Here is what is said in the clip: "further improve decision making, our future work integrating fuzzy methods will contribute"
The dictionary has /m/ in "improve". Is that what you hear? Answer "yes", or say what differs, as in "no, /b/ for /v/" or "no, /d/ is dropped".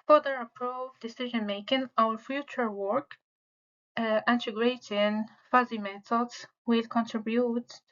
no, /m/ is dropped